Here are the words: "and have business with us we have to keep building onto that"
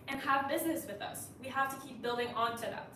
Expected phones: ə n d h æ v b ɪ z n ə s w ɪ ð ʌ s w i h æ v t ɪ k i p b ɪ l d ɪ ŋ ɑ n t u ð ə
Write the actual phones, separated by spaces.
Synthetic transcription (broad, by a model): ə n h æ v b ɪ z n ə s w ɪ ð ʌ s w i h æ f t ɪ k i p b ɪ l d ɪ ŋ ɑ n t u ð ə